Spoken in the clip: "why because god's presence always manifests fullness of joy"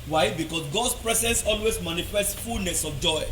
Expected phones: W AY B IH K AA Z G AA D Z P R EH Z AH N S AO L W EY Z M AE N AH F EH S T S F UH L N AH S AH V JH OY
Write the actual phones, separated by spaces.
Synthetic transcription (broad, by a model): W AY B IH K AA S G AA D S P R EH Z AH N S AO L W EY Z M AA N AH F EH S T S F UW L N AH S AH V JH OY